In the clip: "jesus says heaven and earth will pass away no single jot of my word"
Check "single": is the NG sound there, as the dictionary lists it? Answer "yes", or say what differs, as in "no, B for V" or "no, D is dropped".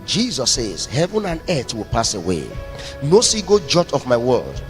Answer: no, NG is dropped